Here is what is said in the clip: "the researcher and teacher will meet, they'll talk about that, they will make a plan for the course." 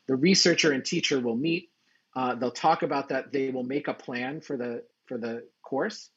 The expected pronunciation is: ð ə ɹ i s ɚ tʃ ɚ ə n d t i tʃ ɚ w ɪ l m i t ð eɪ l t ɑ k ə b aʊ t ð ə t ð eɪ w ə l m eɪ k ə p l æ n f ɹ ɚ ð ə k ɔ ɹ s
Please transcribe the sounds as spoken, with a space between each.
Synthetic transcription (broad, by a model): ð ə ɹ i s ɚ tʃ ɚ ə n t i tʃ ɚ w ɪ l m i t ð eɪ l t ɑ k ə b aʊ t ð ə t ð eɪ w ə l m eɪ k ə p l æ n f ɹ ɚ ð ə k ɔ ɹ s